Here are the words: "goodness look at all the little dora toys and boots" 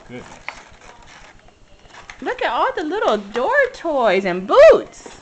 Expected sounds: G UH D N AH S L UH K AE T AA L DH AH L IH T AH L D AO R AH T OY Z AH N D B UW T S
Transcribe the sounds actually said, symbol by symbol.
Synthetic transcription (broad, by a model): L UH K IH T AA L DH AH L IH T L D AO R T OY Z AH N B UW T S